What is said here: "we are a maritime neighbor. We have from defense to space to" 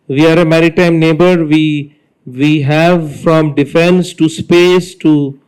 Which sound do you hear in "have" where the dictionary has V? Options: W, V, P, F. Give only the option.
V